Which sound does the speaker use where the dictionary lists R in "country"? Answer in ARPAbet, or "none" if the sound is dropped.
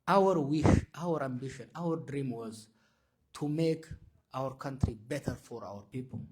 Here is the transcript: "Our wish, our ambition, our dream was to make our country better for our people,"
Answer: R